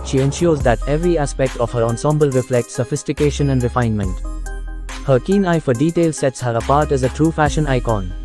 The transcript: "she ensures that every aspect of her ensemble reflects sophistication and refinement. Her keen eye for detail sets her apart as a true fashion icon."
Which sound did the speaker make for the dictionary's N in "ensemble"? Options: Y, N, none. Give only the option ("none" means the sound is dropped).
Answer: N